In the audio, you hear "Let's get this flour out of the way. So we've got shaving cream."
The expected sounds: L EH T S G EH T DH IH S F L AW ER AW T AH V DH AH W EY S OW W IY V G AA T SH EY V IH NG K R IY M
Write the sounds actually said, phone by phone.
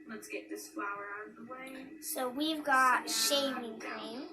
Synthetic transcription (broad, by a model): L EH T S G EH T DH IH S F L AW ER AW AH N DH AH W EY S OW W IY V G AA T SH EY V IH NG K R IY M